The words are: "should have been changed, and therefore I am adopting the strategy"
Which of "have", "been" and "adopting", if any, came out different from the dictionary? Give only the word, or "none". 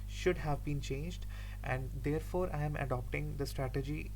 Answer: none